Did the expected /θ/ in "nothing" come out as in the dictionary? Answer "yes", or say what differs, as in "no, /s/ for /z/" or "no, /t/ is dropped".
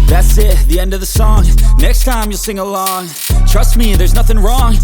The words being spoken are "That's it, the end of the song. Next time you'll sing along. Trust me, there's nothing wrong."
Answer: yes